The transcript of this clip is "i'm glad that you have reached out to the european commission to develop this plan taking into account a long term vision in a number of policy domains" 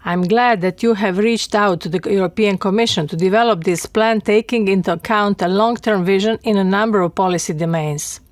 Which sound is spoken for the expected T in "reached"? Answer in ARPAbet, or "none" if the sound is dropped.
T